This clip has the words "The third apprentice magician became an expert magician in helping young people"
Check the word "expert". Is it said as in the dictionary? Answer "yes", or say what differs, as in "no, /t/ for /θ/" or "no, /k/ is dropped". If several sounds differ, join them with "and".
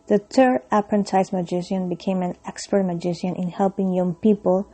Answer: yes